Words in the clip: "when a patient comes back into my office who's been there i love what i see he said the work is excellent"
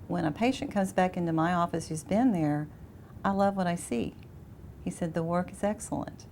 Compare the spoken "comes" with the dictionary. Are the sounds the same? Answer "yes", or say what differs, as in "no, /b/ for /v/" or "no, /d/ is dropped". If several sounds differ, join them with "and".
yes